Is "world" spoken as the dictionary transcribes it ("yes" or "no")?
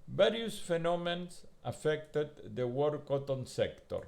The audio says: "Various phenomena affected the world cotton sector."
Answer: no